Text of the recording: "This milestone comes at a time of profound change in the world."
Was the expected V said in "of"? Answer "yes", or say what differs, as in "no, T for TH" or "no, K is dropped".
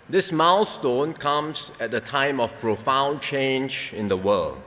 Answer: no, F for V